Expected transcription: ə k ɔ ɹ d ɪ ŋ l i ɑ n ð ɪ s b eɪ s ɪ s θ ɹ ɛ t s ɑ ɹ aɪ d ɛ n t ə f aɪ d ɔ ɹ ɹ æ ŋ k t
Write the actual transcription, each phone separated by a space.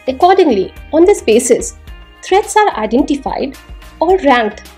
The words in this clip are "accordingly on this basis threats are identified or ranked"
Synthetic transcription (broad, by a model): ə k ɔ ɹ d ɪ ŋ l i ɑ n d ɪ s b eɪ s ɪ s t ɹ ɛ t s ɑ ɹ aɪ d ɛ n t ə f aɪ d ɔ ɹ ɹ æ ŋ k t